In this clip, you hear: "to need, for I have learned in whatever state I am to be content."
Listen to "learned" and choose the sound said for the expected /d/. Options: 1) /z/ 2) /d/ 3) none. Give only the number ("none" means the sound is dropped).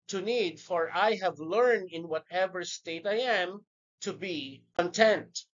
2